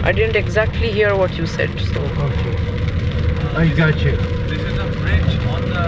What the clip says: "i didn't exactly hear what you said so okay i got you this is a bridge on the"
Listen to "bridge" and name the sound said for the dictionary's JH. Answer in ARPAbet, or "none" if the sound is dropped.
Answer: CH